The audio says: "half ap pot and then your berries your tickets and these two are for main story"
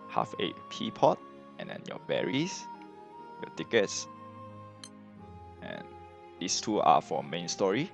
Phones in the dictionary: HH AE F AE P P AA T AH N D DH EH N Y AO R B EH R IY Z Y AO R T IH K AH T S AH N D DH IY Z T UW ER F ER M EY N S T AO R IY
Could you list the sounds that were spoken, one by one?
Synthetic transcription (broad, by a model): HH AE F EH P P AA T AH N D EH N Y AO B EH R IY S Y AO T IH K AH T S AH N D IY S T UW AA F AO M EY N S T AO R IY